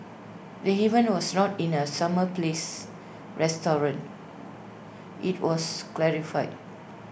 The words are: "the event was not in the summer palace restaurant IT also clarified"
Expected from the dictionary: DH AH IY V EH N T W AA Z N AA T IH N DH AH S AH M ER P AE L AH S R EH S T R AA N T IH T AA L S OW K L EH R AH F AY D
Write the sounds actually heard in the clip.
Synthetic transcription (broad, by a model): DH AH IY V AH N W AA S N AA T IH N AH S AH M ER P L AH S R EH S T R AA N T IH T AA S K L EH R AH F AY D